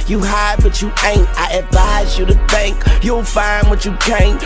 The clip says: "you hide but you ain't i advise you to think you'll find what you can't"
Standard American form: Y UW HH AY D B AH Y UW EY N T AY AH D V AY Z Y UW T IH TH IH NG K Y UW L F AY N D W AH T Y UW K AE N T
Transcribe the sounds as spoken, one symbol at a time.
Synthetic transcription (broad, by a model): Y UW HH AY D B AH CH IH EY N T AY AH D V AY Z Y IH T IH TH IH NG K Y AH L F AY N W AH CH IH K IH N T